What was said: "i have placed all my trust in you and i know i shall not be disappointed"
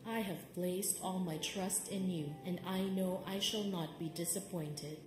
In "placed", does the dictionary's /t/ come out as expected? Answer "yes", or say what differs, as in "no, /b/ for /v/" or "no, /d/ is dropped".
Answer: yes